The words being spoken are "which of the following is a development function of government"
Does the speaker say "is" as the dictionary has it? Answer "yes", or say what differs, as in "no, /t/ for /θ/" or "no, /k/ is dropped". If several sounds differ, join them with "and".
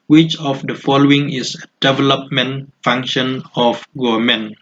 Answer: no, /s/ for /z/